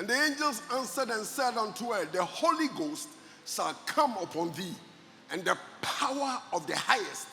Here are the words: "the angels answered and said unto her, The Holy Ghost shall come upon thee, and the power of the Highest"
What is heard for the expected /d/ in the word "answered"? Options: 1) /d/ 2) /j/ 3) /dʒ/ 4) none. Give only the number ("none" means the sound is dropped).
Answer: 1